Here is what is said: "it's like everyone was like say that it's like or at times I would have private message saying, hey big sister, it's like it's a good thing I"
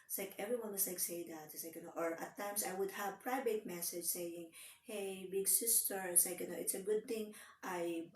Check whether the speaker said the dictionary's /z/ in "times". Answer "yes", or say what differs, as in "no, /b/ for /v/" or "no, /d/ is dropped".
no, /s/ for /z/